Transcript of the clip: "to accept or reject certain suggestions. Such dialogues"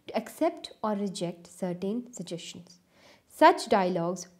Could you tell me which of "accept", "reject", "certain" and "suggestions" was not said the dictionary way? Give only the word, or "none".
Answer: suggestions